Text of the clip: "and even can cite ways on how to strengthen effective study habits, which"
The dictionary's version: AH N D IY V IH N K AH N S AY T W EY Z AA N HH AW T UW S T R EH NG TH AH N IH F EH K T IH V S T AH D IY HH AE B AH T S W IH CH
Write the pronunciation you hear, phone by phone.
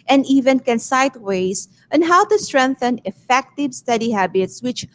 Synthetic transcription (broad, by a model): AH N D IY V IH N K AH N S AY T W EY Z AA N HH AW T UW S T R EH NG TH AH N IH F EH K T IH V S T AH D IY HH AE B AH T S W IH CH